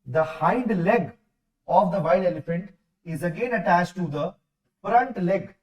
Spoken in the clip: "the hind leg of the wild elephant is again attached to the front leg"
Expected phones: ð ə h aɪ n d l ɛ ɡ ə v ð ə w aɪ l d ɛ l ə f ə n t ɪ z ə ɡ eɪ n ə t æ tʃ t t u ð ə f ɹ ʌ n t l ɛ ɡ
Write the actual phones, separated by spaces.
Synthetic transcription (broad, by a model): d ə h aɪ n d l ɛ ɡ ə v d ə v aɪ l ɛ l ə f ə n t ɪ z ə ɡ eɪ n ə t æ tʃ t t u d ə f ɹ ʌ n t l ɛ ɡ